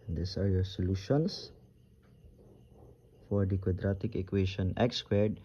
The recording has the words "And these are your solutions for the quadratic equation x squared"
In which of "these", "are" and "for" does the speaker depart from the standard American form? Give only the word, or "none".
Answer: these